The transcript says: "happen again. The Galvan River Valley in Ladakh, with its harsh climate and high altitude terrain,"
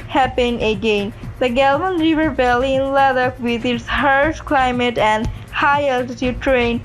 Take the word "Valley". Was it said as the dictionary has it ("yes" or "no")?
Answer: no